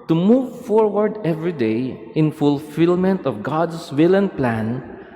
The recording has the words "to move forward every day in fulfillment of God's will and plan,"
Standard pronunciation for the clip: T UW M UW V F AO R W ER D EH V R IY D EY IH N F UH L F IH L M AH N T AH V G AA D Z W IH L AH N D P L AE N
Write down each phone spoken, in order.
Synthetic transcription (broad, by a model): T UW M UW V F AO R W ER D EH V R IY D EY IH N F UH L F IH L M AH N T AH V G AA D S W IH L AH N P L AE N